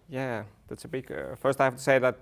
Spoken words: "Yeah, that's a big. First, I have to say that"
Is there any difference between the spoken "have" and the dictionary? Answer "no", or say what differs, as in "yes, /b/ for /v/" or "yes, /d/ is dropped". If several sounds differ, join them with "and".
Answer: yes, /f/ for /v/